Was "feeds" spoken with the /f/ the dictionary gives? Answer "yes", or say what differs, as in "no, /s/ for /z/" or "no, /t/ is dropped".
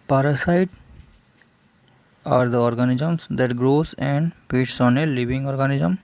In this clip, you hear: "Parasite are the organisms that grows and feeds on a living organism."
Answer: no, /p/ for /f/